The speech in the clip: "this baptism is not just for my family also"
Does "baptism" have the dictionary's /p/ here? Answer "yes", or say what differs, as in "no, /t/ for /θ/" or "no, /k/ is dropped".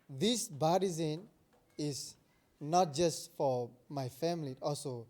no, /p/ is dropped